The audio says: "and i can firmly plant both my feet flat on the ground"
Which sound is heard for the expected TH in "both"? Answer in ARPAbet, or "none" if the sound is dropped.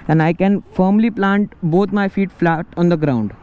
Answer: T